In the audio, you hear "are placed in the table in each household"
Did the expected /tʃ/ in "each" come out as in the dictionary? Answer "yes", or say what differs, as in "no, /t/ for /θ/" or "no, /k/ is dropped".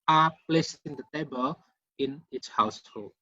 no, /s/ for /tʃ/